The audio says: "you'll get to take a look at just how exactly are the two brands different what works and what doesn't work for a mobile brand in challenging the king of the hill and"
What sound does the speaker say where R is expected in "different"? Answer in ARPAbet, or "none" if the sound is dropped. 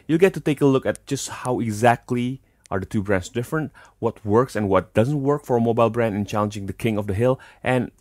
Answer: R